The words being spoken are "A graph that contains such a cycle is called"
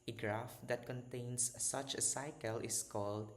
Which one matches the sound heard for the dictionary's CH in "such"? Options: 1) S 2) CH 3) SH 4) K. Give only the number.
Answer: 2